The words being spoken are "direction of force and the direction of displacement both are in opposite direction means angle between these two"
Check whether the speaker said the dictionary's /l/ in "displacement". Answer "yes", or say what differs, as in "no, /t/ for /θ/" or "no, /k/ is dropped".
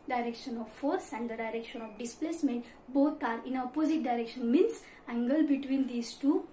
yes